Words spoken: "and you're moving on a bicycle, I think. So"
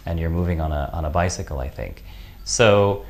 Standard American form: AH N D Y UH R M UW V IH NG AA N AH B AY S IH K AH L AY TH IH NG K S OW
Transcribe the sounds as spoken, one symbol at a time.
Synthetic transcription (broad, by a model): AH N Y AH R M UW V IH NG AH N AH B AY S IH K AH L AY TH IH NG K S OW